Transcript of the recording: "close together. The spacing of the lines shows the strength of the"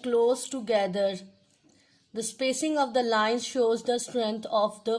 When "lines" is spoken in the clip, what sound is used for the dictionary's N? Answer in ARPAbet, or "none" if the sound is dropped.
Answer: N